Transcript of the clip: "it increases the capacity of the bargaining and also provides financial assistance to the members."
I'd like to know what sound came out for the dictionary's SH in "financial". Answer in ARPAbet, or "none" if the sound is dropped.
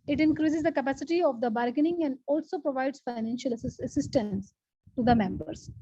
SH